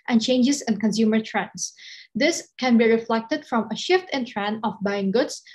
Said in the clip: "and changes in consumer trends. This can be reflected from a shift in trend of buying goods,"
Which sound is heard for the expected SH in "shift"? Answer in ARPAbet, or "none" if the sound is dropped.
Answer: SH